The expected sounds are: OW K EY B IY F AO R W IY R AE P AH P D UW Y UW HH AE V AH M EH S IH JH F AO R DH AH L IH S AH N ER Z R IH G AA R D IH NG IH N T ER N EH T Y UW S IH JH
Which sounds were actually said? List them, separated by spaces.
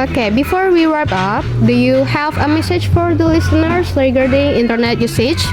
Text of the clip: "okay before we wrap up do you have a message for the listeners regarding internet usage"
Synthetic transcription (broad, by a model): OW K EY B IY F AO R W IY W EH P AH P D UW Y UW HH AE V AH M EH S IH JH F AO R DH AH L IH S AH N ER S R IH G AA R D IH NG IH N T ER N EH T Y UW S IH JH